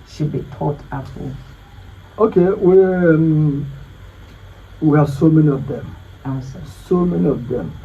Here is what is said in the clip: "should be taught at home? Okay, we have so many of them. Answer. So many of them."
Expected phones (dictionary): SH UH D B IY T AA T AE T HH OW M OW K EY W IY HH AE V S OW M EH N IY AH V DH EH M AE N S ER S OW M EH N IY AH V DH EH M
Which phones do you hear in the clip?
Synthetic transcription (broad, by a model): SH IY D B IY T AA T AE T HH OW OW K EY W IY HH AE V S OW M EH N IY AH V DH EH M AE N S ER S OW M EH N IY AH V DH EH M